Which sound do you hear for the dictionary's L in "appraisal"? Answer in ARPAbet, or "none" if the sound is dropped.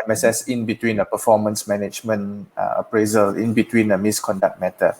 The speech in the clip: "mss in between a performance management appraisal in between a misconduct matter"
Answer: L